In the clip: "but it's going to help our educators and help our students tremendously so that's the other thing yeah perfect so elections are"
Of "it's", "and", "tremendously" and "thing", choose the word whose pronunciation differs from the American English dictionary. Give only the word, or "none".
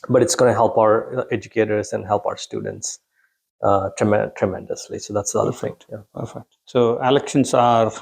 thing